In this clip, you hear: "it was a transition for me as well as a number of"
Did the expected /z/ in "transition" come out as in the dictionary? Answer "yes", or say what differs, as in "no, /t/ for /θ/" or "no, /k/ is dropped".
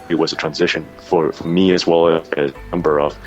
yes